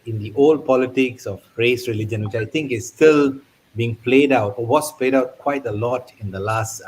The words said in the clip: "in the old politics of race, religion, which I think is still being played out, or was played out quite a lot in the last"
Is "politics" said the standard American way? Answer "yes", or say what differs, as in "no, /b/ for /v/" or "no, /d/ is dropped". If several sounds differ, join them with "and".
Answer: yes